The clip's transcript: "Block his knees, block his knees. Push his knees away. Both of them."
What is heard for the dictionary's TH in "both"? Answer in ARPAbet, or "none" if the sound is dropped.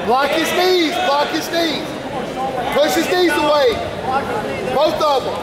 T